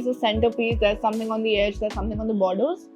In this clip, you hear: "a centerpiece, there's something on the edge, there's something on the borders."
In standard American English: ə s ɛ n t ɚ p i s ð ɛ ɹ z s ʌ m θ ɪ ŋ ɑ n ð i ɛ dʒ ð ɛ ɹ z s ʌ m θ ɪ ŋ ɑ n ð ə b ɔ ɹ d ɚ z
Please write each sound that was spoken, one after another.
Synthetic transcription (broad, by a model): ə s ɛ n t ɚ p i s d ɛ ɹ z s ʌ m t ɪ ŋ ɑ n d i ɛ dʒ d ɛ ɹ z s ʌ m t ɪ ŋ ɑ n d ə b ɔ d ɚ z